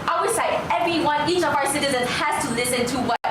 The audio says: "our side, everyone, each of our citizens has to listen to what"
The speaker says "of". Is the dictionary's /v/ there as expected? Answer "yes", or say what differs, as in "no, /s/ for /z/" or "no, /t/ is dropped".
yes